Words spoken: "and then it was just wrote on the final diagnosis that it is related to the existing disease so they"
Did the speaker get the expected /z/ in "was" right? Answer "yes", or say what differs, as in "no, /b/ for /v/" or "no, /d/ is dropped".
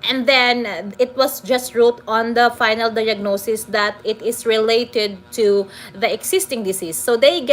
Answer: no, /s/ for /z/